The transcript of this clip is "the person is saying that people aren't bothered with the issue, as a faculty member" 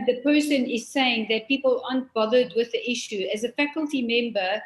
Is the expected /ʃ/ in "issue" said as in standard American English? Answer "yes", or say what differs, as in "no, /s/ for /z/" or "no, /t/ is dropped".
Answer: yes